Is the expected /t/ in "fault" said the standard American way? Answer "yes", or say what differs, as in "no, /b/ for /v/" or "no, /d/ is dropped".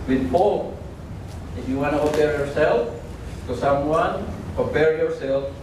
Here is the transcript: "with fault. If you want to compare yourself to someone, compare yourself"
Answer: no, /t/ is dropped